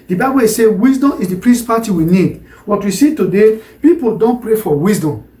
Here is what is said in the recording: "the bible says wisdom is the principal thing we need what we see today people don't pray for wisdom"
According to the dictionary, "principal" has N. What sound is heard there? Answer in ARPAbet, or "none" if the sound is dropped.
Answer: none